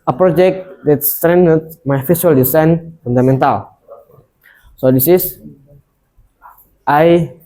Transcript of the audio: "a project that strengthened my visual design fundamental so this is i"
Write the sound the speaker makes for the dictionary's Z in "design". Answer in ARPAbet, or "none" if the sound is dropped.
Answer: S